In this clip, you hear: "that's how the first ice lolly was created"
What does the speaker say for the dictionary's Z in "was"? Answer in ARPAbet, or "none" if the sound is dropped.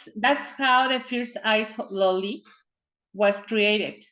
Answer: S